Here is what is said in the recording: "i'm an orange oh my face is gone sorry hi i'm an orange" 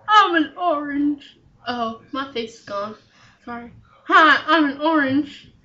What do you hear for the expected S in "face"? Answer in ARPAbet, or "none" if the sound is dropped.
none